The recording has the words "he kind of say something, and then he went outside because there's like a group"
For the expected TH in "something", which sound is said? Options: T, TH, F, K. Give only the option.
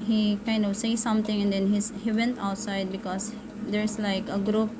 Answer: T